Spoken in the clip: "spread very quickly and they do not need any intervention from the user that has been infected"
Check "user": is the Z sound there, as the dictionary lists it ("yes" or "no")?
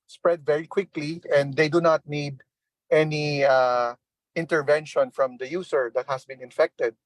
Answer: no